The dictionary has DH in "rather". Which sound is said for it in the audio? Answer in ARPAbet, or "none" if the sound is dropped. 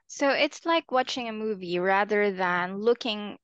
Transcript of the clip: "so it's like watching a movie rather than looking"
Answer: DH